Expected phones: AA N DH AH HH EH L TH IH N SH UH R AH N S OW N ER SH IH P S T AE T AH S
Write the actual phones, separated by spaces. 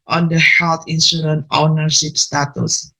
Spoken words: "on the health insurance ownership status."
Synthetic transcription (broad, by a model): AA N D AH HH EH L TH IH N S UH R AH N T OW N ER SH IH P S T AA T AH S